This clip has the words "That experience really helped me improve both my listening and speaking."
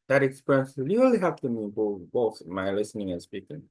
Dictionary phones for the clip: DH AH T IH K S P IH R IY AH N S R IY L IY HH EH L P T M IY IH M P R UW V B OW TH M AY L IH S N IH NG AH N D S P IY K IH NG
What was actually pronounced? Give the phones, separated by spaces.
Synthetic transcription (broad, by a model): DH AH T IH K S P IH R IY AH N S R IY L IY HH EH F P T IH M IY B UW B OW TH M AY L IH S N IH NG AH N S P IY K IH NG